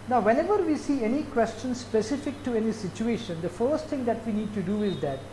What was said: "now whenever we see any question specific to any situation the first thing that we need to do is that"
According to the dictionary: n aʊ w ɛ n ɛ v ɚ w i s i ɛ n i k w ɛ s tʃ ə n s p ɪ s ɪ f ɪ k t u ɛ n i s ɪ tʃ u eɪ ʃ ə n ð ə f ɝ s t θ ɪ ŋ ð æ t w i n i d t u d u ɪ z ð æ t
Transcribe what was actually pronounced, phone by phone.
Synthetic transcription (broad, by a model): n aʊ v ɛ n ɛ v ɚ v i s i ɛ n i k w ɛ s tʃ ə n s p ɪ s ɪ f ɪ k t u ɛ n i s ɪ tʃ u eɪ ʃ ə n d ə f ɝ s t t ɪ ŋ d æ t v i n i d t u d u ɪ z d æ t